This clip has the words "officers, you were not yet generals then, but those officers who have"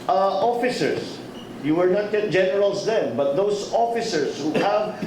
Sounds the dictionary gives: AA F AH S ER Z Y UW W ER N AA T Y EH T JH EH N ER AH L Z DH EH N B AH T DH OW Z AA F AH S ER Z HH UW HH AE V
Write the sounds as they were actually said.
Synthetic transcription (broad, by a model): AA F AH S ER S Y UW W ER N AA T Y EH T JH EH N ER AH L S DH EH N B AH T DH OW S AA F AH S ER S HH UW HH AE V